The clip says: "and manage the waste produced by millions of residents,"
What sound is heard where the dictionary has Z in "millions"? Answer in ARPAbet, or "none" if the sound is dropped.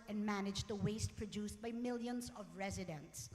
Z